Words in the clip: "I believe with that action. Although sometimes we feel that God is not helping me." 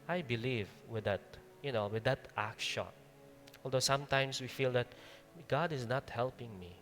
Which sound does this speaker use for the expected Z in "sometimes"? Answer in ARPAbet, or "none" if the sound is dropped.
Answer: S